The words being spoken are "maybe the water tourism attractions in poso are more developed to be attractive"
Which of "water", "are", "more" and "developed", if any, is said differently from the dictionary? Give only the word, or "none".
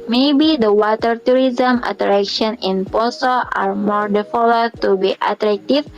developed